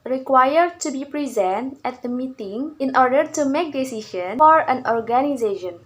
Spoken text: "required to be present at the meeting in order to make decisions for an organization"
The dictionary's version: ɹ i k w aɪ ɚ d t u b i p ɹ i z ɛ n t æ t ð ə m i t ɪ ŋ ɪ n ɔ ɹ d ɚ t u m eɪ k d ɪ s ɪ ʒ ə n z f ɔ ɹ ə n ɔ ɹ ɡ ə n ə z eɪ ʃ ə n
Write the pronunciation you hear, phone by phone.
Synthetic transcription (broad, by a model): ɹ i k w aɪ ɚ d t u b i p ɹ i z ɛ n t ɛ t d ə m i t ɪ ŋ ɪ n ɔ ɹ d ɚ t u m eɪ k d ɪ s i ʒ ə n f ɔ ɹ ə n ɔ ɹ ɡ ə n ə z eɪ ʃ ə n